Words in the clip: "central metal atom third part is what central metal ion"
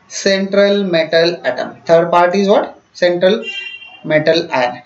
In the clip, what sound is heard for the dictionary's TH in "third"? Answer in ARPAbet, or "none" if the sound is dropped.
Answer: T